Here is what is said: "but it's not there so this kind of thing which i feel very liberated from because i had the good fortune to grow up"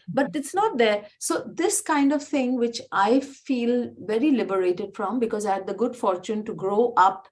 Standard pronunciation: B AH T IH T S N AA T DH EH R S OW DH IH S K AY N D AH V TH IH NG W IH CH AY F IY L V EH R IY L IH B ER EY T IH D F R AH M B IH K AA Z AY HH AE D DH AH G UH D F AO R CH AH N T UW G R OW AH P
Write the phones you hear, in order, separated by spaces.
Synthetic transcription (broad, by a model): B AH T IH T S N AA T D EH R S OW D IH S K AY N D AH V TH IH NG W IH CH AY F IY L V EH R IY L IH B ER EY T IH D F R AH M B IH K AA Z AY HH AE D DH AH G UH D F AO R CH AH N T UW G R OW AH P